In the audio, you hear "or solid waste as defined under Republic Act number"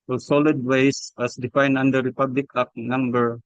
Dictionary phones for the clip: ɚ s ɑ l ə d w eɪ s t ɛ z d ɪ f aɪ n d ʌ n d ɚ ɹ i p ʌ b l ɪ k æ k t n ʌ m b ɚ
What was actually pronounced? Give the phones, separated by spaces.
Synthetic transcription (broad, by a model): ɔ s ɑ l ə d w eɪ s ɑ s d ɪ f aɪ n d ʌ n d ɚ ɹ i p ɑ b l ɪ k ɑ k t n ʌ m b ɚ